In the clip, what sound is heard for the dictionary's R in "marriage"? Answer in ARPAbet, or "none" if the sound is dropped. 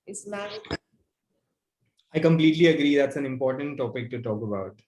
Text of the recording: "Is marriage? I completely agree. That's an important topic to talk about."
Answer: none